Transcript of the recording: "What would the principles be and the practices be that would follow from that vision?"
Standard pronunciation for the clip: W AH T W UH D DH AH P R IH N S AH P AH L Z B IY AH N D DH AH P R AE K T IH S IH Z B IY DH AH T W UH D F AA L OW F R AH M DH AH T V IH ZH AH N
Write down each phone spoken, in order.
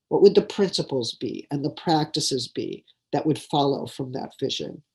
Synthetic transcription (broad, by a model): W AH T W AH D DH AH P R IH N S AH P L Z B IY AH N DH AH P R AE K T IH S IH Z B IY DH AH T W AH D F AA L OW F R AH M DH AH T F IH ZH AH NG